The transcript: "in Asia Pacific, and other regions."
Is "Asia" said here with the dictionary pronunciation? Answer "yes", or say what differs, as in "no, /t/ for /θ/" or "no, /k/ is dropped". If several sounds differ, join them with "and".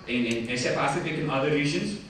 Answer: no, /s/ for /ʒ/